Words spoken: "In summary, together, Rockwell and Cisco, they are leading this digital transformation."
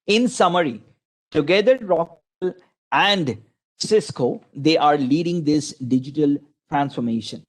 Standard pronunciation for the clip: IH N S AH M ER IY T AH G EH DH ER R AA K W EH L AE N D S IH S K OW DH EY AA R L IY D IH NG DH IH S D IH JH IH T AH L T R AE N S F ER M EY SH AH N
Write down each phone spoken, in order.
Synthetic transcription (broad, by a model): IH N S AH M ER IY T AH G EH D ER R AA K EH L AE N D S IH S K OW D EY AA R L IY D IH NG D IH S D IH JH IH T AH L T R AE N S F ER M EY SH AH N